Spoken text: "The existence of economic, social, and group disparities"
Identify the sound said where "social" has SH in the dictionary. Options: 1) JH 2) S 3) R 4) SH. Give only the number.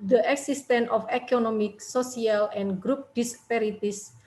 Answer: 2